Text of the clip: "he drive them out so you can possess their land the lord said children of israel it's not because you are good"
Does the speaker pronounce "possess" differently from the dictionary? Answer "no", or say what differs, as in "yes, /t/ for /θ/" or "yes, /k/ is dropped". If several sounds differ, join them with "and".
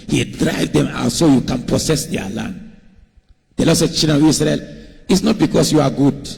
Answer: yes, /s/ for /z/